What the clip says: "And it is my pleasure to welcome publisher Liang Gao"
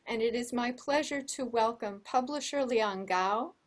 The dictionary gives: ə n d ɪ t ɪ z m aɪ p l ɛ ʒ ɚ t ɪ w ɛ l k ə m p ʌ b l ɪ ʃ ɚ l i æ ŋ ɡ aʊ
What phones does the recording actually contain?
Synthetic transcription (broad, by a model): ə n ɪ t ɪ z m aɪ p l ɛ ʒ ɚ t ɪ w ɛ l k ə m p ʌ b l ɪ ʃ ɚ l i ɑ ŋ ɡ aʊ